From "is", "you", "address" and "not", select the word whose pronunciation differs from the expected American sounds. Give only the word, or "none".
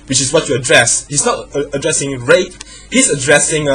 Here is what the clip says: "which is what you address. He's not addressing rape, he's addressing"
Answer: is